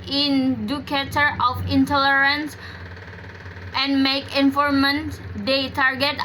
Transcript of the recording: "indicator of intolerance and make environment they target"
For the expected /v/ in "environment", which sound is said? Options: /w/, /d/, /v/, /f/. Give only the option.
/f/